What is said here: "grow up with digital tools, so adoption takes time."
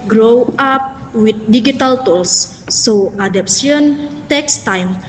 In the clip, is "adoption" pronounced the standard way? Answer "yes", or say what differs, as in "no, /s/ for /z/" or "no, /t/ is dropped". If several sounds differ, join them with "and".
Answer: no, /s/ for /ʃ/